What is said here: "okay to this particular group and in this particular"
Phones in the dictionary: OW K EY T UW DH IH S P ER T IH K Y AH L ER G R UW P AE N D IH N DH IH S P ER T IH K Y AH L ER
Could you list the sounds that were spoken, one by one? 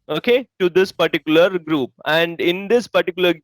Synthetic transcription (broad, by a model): OW K EY T UW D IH S P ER T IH K Y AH L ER G R UW P AE N D IH N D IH S P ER T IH K Y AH L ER